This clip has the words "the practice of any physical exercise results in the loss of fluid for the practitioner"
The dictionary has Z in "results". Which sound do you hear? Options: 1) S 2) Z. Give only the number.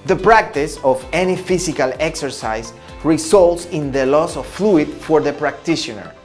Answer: 1